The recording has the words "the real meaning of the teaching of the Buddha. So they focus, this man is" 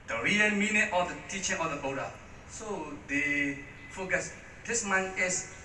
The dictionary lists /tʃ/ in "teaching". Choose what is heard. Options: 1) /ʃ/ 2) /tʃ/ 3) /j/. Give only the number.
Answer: 2